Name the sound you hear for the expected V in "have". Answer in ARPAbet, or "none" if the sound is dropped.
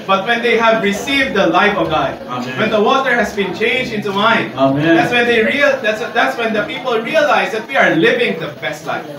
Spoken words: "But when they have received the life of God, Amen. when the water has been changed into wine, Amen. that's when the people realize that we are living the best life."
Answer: V